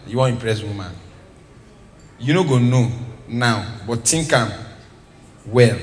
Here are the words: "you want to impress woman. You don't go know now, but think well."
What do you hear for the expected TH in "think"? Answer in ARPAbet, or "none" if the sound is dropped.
T